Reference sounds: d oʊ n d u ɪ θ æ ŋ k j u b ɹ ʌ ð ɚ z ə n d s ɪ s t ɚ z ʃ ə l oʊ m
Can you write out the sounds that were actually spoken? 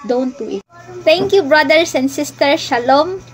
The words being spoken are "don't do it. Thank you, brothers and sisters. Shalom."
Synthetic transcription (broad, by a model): d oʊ n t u ɪ t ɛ ŋ k j u b ɹ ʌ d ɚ s ə n d s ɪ s t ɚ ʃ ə l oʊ m